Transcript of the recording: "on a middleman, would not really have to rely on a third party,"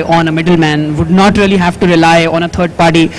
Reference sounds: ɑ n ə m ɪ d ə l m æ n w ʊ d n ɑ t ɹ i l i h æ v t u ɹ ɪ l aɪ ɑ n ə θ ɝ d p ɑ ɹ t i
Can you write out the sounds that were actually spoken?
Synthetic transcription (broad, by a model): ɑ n ə m ɪ d ə l m æ n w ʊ d n ɑ t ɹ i l i h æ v t u ɹ ɪ l aɪ ɑ n ə t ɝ d p ɑ ɹ t i